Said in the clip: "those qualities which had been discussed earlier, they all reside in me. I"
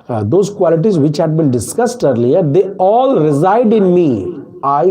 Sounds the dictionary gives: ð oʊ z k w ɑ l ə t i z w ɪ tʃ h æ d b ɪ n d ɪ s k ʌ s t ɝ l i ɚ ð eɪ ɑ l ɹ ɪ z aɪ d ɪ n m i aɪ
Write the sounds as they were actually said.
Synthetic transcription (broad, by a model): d oʊ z k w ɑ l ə t i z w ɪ tʃ h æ d b ɪ n d ɪ s k ʌ s t ɝ l i ɚ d eɪ ɑ l ɹ ɪ z aɪ d ɪ n m i aɪ